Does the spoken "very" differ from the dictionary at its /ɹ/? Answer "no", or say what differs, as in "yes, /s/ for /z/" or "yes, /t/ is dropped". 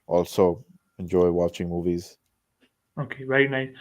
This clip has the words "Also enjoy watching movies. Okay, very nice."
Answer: yes, /ɹ/ is dropped